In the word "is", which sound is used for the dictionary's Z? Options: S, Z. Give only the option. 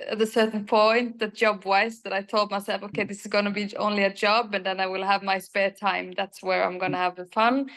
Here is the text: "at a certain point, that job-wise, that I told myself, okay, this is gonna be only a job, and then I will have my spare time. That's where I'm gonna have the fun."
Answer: Z